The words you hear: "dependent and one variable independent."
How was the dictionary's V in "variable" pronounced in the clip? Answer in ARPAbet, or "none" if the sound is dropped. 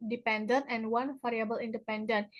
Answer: F